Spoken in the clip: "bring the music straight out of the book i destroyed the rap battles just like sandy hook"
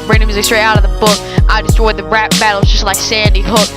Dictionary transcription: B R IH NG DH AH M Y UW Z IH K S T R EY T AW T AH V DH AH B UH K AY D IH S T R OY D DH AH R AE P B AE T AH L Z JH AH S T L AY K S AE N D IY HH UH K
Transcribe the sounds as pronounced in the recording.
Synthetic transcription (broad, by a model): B R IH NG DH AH M Y UW Z IH K S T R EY AW T AH V DH AH B UH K AY D IH S T R OY D DH AH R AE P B AE T L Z JH AH S T L AY K S AE N D IY HH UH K